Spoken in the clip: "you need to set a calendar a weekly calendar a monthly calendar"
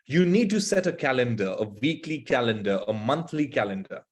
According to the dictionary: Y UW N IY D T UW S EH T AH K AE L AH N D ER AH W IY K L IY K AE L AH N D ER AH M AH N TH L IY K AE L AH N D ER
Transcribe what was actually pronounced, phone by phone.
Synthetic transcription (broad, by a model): Y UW N IY D T UW S EH T AH K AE L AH N D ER AH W IY K L IY K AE L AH N D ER AH M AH N T L IY K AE L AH N D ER